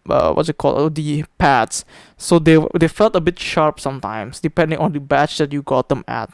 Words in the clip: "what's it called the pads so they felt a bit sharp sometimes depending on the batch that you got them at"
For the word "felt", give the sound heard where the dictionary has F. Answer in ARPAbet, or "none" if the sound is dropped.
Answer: F